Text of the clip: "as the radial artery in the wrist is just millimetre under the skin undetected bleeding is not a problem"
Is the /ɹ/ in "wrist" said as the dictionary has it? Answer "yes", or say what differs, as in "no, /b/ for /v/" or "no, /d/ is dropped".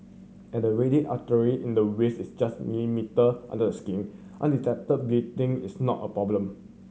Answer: no, /w/ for /ɹ/